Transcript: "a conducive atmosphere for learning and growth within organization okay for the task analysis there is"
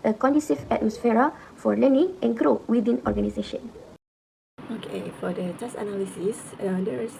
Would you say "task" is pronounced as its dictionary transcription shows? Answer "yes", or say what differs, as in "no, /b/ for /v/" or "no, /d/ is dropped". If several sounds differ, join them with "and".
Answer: no, /k/ is dropped